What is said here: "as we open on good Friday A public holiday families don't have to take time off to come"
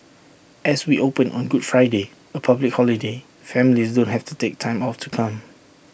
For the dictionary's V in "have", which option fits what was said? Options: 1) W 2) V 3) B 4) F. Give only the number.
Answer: 4